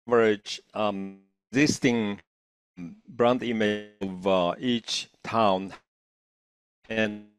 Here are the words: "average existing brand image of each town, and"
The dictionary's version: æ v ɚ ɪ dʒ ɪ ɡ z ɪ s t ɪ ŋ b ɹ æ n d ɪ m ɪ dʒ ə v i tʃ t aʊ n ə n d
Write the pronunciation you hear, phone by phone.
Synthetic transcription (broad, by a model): v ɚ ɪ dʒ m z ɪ s t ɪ ŋ b ɹ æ n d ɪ m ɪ ə v i tʃ t aʊ n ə n